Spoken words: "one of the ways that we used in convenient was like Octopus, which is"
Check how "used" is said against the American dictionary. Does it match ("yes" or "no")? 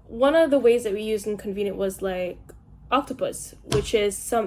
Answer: yes